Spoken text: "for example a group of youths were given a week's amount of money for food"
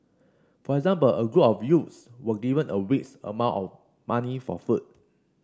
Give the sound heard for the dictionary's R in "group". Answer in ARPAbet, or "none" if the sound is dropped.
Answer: R